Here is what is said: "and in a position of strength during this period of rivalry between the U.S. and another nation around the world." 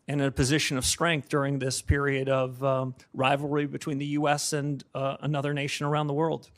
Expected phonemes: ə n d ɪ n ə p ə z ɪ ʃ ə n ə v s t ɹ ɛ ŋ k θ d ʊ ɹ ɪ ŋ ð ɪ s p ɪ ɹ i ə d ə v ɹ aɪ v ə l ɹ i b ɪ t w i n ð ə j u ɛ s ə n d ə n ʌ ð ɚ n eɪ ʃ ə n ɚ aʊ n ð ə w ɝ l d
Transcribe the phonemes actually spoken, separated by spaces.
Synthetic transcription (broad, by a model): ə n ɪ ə p ə z ɪ ʃ ə n ə v s t ɹ ɛ ŋ k θ d ʊ ɹ ɪ ŋ ð ɪ s p ɪ ɹ i ə d ə v ɹ aɪ v l ɹ i b ɪ t w i n ð ə j u ɛ s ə n ə n ʌ ð ɚ n eɪ ʃ ə n ɚ aʊ n ð ə w ɝ l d